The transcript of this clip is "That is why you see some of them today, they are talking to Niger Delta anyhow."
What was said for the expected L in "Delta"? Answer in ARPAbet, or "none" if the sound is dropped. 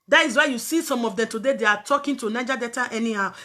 none